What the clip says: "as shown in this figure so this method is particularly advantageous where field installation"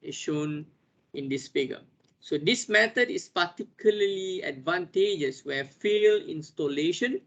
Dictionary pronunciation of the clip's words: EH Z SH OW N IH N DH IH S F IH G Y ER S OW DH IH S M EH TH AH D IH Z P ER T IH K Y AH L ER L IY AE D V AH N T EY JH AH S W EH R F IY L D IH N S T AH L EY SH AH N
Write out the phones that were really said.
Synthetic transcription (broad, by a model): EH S SH OW N IH N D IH S F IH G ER S OW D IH S M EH T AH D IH S P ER T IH K Y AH L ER L IY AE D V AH N T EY JH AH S W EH F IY L IH N S T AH L EY SH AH N